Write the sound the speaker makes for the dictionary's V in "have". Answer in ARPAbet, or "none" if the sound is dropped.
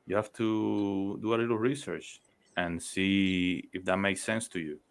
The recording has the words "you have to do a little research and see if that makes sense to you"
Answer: F